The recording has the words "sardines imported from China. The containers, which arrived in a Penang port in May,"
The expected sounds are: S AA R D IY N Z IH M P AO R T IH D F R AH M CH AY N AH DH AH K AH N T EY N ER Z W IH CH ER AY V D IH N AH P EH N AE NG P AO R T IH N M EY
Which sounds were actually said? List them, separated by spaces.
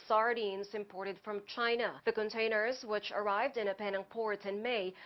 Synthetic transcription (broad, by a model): S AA R D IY N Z IH M P AO R T IH D F R AH M CH AY N AH DH AH K AH N T EY N ER Z W IH CH ER AY V D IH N AH P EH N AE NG P AO R T IH N M EY